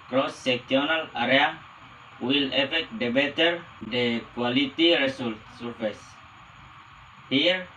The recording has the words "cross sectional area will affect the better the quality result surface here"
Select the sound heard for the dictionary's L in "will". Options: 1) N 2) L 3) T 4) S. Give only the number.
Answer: 2